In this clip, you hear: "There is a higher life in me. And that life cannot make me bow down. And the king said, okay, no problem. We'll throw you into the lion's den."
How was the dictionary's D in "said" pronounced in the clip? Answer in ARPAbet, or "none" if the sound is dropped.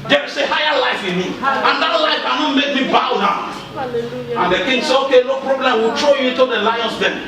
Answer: none